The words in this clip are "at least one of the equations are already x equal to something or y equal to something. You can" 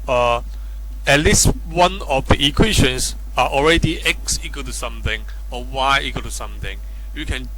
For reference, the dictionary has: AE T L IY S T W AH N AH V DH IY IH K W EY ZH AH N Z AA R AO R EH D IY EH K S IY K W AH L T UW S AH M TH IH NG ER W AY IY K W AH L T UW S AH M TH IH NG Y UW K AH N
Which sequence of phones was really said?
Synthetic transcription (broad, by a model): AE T L IY S T W AH N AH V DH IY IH K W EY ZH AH N S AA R AO R EH D IY EH K S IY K W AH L T UW S AH M TH IH NG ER W AY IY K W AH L T UW S AH M TH IH NG Y UW K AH N